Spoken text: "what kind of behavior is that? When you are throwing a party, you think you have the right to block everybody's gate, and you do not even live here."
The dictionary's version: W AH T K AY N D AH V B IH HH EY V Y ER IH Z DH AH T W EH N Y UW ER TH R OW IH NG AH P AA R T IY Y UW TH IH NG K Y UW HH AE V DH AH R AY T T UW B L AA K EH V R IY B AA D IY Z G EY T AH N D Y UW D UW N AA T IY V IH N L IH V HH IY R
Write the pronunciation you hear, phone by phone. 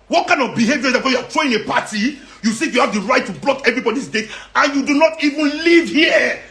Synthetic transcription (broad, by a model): W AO T K AY N D AH V B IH HH EY V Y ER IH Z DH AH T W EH Y UW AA T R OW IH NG AH P AA T IY Y UW S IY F Y UW HH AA V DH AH R AY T T UW B L AA K EH V R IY B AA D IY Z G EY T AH N Y UW D UW N AA T IY V IH N L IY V HH IY